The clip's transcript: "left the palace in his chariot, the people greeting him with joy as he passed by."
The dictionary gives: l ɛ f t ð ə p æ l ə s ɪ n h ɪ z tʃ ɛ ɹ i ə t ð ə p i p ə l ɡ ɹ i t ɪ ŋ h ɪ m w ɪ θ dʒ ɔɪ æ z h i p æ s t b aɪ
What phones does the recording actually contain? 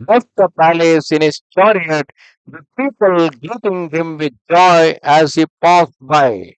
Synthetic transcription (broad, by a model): l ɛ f t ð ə p æ l ə s ɪ n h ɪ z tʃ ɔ ɹ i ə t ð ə p i p ə l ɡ i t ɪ ŋ h ɪ m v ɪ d dʒ ɔɪ æ z h i p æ s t b aɪ